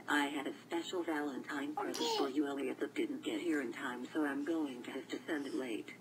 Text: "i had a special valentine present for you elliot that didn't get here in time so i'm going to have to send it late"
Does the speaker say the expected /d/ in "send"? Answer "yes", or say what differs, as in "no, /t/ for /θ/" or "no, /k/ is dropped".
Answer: yes